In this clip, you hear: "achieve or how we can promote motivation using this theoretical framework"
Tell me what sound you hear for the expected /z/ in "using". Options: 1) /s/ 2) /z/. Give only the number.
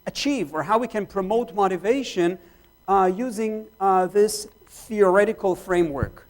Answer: 2